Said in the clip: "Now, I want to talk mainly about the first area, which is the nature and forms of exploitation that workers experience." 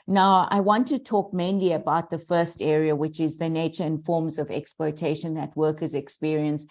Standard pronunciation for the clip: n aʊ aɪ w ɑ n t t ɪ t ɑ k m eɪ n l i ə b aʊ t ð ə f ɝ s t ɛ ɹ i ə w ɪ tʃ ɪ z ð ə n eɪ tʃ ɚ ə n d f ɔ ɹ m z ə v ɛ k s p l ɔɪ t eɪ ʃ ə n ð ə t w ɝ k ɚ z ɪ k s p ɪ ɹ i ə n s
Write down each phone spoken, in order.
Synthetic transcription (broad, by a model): n aʊ aɪ w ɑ n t t ɪ t ɑ k m eɪ n l i ə b aʊ t ð ə f ɝ s t ɛ ɹ i ə w ɪ tʃ ɪ z ð ə n eɪ tʃ ɚ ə n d f ɔ ɹ m z ə v ɛ k s p l ɔɪ t eɪ ʃ ə n ð ə t w ɝ k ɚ z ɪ k s p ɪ ɹ i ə n s